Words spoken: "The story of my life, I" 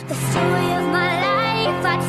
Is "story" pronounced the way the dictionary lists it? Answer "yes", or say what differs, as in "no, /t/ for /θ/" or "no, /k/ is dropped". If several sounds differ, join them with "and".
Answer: no, /ɹ/ is dropped